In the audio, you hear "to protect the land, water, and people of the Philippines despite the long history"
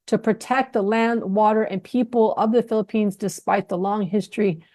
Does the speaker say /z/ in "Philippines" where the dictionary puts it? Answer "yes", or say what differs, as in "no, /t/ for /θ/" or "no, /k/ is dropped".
yes